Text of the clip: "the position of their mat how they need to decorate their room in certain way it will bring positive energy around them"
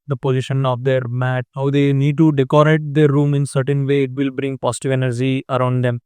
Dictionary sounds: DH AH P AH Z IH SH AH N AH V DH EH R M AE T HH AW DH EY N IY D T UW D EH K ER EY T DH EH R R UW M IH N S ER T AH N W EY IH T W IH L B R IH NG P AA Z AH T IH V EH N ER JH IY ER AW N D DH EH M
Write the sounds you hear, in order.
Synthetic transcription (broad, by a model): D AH P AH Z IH SH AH N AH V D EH R M AE T HH AW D EY N IY D T UW D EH K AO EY T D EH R R UW M IH N S ER T AH N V EY IH T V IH L B R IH NG P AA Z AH T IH V EH N ER JH IY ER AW N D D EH M